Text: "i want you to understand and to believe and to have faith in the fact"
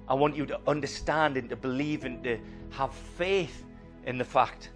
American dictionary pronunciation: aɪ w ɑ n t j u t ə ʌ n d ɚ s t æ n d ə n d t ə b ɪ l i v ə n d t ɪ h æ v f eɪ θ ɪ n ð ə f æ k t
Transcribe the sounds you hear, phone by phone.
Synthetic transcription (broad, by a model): aɪ w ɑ n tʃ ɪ t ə ʌ n d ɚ s t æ n d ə n t ə b ɪ l i v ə n t ɪ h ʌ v f eɪ θ ɪ n ð ə f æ k t